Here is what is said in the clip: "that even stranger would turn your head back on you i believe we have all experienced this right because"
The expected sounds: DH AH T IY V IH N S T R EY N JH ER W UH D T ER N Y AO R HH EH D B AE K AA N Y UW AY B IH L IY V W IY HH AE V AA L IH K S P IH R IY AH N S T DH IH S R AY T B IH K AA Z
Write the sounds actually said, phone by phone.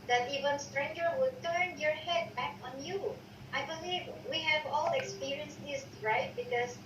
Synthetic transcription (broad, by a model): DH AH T IY V IH N S T R EY N JH ER W UH D T ER N Y AO R HH EH D B AE K AA N Y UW AY B IH L IY V W IY HH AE V AA L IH K S P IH R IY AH N S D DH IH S R AY T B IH K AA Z